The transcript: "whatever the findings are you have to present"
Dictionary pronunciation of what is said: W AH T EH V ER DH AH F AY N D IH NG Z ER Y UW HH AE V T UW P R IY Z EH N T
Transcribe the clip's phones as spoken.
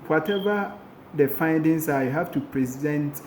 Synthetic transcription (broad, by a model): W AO T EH V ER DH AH F AY N D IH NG S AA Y HH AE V T UW P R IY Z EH N T